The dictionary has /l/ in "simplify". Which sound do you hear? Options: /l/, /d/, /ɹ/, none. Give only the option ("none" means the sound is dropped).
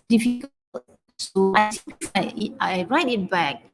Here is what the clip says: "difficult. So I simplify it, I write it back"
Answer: none